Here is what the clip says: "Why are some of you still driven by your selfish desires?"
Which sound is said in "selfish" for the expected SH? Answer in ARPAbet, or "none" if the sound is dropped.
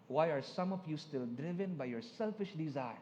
SH